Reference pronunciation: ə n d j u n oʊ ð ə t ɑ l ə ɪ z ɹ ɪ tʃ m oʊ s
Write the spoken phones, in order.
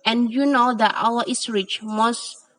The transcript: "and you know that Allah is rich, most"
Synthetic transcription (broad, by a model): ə n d j u n oʊ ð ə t ɑ w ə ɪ s ɹ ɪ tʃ m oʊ s